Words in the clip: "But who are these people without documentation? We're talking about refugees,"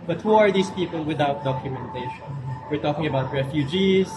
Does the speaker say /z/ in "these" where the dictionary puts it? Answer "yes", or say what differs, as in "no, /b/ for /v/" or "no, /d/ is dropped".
no, /s/ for /z/